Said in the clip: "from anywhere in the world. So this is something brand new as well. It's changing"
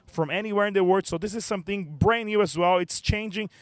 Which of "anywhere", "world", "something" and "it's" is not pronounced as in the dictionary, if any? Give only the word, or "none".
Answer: world